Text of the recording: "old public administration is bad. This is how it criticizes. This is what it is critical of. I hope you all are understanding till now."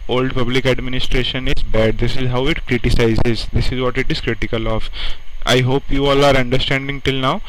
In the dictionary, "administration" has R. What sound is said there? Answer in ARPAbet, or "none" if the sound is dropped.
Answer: R